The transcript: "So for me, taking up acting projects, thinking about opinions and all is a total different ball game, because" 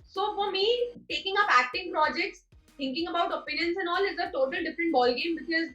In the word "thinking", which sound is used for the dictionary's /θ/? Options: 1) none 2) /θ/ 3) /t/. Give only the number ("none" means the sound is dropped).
3